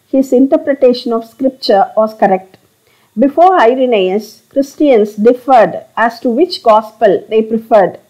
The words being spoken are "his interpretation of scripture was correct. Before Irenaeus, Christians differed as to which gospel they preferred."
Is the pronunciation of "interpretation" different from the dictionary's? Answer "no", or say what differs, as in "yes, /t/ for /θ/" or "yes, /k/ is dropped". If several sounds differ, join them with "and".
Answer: no